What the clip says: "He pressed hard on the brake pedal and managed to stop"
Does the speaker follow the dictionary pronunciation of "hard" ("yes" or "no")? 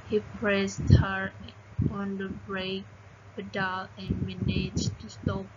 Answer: no